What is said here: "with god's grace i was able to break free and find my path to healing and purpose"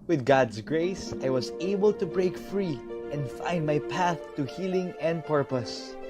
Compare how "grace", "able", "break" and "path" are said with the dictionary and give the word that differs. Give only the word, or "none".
none